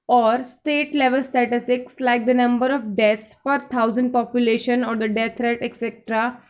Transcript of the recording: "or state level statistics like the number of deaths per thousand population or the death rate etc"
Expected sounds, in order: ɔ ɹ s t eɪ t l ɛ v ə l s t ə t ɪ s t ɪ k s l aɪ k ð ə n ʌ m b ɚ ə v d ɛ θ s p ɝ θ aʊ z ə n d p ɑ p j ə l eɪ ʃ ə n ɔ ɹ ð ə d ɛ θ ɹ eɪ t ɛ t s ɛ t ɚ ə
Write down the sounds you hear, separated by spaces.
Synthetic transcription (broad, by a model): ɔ ɹ s t eɪ t l ɛ v ə l s t ə t ɪ s t ɪ k s l aɪ k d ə n ʌ m b ɚ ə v d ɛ t s f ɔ t aʊ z ə n d p ɑ p j ə l eɪ ʃ ə n ɔ ɹ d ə d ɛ t ɹ eɪ t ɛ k s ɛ t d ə